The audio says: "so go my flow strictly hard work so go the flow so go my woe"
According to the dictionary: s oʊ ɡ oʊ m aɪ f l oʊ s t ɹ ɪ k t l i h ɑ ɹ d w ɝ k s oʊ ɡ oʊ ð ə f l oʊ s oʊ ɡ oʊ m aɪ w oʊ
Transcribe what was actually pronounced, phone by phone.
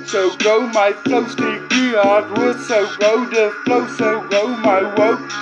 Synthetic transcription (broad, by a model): s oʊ ɡ oʊ m aɪ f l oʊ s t ɪ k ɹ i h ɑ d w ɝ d s oʊ ɡ oʊ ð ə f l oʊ s oʊ ɡ oʊ m aɪ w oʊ